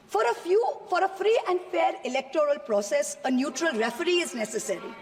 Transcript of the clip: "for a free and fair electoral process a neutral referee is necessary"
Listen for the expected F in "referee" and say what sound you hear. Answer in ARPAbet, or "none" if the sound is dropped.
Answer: F